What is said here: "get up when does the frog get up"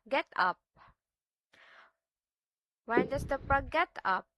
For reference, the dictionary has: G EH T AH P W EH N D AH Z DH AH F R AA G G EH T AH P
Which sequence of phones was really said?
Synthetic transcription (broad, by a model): G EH T AH P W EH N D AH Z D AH P R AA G G EH T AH P